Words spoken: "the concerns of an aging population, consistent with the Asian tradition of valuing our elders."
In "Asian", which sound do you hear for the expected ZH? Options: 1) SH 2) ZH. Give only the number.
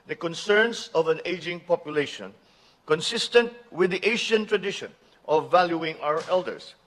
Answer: 1